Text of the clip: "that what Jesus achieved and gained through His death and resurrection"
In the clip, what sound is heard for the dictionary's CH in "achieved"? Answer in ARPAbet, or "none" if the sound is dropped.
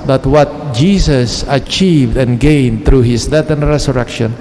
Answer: CH